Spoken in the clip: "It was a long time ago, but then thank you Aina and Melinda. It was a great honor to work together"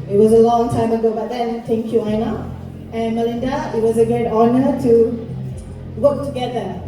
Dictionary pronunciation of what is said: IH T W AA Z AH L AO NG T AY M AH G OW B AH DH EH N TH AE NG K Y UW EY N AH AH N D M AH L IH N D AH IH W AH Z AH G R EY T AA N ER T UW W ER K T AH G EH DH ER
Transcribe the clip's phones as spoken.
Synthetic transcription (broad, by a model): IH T W AA Z AH L AO NG T AY M AH G OW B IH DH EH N T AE NG K Y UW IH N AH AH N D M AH L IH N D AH IH W AH Z AH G EY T AA N ER T UW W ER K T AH G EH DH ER